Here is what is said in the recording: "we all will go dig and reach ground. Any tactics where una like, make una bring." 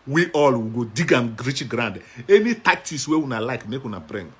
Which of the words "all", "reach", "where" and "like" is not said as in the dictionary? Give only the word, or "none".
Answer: where